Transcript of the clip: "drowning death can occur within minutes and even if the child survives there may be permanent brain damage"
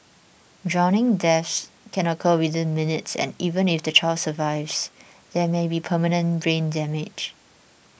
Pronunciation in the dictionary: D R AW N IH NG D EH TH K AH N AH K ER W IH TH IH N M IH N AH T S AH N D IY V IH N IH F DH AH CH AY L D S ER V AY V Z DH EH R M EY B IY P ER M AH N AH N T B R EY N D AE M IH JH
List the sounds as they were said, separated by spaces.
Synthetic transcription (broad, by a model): D R AW N IH NG D EH S K AH N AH K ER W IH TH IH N M IH N AH T S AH N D IY V IH N IH F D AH CH AY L S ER V AY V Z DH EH M EY B IY P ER M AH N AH N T B R EY N D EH M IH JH